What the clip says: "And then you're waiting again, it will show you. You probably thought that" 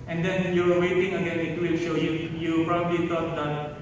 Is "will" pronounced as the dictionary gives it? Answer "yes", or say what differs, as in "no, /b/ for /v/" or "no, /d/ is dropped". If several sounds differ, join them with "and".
yes